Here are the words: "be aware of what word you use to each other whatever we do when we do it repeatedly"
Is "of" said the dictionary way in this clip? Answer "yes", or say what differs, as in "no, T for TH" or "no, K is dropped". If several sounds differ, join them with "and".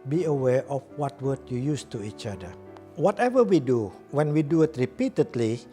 no, F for V